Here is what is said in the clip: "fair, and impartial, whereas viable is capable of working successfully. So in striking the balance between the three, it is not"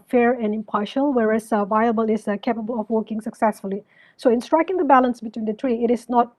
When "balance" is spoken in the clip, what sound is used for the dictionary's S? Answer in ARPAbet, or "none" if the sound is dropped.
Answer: S